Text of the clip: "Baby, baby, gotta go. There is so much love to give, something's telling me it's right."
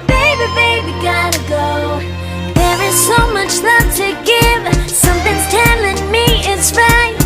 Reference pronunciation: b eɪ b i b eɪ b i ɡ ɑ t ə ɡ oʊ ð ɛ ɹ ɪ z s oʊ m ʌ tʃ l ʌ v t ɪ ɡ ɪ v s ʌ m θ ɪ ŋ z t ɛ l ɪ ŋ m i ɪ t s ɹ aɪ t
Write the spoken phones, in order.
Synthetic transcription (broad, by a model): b eɪ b i b eɪ b i ɡ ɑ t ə ɡ oʊ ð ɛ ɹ ɪ z s oʊ m ʌ tʃ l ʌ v t ɪ ɡ ɪ v s ʌ m θ ɪ ŋ z t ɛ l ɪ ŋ m i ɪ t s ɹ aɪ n